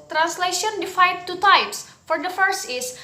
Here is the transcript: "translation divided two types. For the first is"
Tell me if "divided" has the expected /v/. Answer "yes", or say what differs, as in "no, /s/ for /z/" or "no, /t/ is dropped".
no, /f/ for /v/